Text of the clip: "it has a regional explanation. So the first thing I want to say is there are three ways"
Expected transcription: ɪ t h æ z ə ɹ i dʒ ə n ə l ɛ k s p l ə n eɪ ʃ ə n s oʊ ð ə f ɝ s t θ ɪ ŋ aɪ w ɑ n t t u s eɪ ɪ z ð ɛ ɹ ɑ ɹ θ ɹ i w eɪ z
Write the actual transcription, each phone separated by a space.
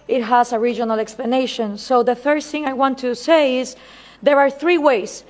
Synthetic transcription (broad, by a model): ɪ t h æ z ə ɹ i dʒ ə n ə l ɛ k s p l ə n eɪ ʃ ə n s oʊ ð ə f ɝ θ ɪ ŋ aɪ w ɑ n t t u s eɪ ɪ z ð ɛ ɹ ɑ ɹ θ ɹ i w eɪ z